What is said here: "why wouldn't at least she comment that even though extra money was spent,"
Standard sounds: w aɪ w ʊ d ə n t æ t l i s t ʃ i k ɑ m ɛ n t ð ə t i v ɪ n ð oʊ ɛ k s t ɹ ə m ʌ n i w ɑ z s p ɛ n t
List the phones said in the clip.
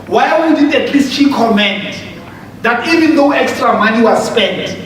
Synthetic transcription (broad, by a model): w aɪ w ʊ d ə t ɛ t l i s t ʃ i k ɑ m ɛ n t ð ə t i v ɪ n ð oʊ ɛ k s t ɹ ə m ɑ n i w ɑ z s p ɛ n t